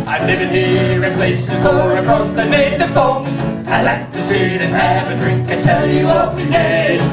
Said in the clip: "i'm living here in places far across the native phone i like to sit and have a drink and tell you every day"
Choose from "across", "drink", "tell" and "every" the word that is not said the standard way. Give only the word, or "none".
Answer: every